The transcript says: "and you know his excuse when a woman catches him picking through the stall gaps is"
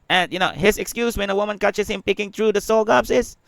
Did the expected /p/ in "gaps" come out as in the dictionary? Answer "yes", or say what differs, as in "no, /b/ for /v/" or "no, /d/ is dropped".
no, /b/ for /p/